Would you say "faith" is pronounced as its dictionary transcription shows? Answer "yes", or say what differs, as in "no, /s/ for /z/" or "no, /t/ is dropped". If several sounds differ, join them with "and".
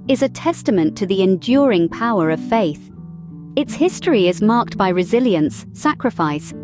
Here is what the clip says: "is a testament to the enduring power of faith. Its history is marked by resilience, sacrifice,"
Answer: yes